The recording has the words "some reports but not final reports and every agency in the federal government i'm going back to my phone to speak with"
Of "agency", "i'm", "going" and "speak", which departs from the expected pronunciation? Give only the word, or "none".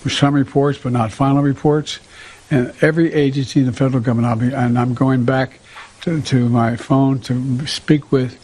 none